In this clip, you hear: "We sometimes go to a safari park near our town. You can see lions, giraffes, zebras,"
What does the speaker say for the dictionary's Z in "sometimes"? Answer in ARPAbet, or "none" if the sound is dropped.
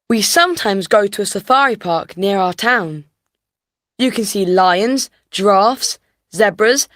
Z